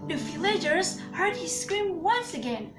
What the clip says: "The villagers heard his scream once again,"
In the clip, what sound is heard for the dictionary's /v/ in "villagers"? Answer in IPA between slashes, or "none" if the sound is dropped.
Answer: /f/